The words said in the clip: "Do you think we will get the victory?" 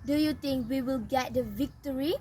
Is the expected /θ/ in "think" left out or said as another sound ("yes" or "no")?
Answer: yes